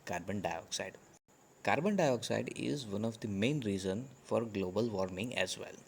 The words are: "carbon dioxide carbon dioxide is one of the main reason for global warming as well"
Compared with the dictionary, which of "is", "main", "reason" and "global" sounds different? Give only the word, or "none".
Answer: none